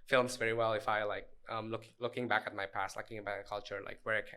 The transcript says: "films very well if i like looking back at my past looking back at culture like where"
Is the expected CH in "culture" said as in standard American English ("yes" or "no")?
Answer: yes